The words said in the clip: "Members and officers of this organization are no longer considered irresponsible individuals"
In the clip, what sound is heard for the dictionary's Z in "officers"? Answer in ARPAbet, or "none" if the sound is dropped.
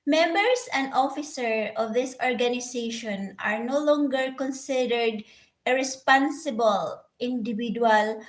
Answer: none